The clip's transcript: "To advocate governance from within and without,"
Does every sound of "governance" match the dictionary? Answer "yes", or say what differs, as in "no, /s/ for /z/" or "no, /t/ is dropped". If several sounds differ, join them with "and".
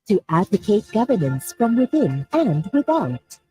yes